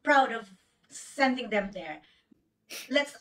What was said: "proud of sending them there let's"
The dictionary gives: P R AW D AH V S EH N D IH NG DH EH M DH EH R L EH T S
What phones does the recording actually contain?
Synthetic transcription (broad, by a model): P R AW D AH V S EH N D IH NG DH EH M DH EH R L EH T S